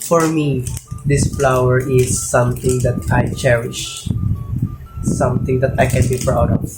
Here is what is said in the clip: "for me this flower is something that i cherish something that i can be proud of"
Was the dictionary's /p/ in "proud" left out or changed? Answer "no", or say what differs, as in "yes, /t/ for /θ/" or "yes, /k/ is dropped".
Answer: yes, /f/ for /p/